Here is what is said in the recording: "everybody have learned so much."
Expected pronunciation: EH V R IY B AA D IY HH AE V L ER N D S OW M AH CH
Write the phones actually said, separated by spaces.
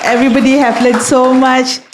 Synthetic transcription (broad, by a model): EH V R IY B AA D IY HH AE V L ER D S OW M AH CH